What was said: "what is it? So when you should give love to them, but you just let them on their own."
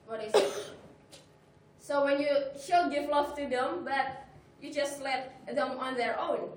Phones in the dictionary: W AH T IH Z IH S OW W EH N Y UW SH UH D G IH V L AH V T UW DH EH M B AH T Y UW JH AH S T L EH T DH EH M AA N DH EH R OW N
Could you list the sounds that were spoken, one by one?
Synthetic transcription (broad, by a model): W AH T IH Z S OW W EH N Y UW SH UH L G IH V L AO F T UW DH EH M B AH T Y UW JH AH S T L EH T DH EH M AA N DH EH R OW N